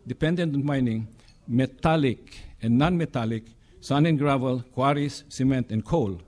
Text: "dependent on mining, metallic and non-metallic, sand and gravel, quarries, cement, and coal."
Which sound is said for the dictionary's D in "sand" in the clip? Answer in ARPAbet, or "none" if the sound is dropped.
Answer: none